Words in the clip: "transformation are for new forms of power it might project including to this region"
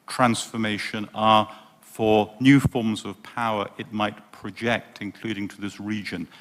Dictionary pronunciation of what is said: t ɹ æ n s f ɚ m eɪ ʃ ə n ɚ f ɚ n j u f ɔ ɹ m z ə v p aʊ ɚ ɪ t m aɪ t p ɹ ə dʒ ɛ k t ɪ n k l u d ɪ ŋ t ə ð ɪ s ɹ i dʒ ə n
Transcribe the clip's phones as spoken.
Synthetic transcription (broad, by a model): t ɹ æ n s f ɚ m eɪ ʃ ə n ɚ f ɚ n j u f ɔ ɹ m z ə v p aʊ ɚ ɪ t m aɪ t p ɹ ə dʒ ɛ k t ɪ n k l u d ɪ ŋ t ə ð ɪ s ɹ i dʒ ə n